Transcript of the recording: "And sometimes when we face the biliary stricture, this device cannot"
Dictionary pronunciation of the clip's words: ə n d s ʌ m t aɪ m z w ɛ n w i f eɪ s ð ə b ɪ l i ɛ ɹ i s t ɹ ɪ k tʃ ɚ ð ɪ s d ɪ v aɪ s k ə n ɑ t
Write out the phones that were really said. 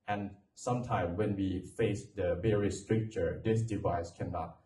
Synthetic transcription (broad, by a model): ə n s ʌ m t aɪ m w ɛ n w i f eɪ s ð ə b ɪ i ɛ ɹ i s t ɹ ɪ k tʃ ɚ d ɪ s d ɪ v aɪ s k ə n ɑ t